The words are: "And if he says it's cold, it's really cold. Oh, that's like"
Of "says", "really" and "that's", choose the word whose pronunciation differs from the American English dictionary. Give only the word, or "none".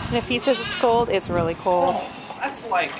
none